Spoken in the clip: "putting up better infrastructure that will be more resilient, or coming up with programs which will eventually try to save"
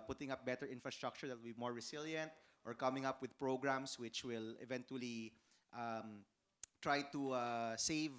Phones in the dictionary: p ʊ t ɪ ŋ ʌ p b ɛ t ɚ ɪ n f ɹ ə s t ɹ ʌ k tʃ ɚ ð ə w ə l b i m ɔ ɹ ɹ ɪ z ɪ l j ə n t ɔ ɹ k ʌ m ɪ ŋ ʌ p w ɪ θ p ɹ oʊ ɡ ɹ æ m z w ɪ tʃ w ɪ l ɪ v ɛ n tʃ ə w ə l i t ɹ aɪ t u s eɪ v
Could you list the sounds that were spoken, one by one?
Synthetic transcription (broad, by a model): p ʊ t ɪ ŋ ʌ p b ɛ t ɚ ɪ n f ɹ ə s t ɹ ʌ k tʃ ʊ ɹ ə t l b i m ɔ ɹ ɹ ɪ s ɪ l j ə n t ɔ ɹ k ʌ m ɪ ŋ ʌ p w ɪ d p ɹ oʊ ɡ ɹ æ m s w ɪ tʃ w ɪ l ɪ v ɛ n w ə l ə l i t ɹ aɪ t u s eɪ v